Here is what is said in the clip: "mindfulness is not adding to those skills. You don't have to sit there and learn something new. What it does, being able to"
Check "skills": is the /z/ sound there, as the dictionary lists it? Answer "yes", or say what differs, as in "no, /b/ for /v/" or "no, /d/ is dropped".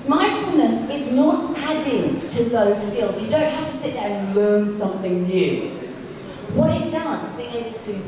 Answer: yes